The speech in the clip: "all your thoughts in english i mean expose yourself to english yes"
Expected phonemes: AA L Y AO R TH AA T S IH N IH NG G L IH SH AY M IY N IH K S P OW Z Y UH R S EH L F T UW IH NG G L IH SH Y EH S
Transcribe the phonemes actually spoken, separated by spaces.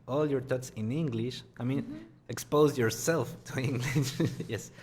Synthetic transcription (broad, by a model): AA L Y AO R T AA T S IH N IH NG G L IH SH AY M IY N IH K S P OW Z Y UH R S EH L F T UW IH NG G L IH SH Y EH S